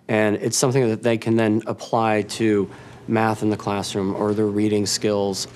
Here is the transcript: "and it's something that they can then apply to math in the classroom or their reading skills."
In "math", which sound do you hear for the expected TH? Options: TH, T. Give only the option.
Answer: TH